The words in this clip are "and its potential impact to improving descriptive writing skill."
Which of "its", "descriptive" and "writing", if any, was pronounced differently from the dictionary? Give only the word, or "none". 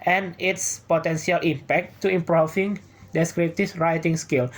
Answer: descriptive